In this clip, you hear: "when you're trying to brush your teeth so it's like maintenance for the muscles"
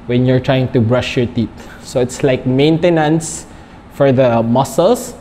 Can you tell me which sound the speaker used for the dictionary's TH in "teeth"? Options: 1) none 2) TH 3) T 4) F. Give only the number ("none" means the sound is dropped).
3